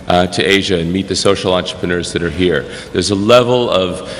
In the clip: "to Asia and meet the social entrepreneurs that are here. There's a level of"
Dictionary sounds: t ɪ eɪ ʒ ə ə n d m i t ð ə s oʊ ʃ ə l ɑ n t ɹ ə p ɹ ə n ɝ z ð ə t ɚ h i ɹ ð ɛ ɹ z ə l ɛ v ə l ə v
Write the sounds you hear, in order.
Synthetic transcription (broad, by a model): t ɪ eɪ ʒ ə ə n m i t ð ə s oʊ ʃ l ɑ n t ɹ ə p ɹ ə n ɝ z ð ə t ɚ h i ɹ ð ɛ ɹ z ə l ɛ v l ə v